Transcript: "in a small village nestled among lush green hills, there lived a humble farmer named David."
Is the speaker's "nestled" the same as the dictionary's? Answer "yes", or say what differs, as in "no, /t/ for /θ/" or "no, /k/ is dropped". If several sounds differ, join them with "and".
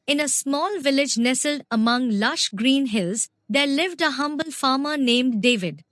yes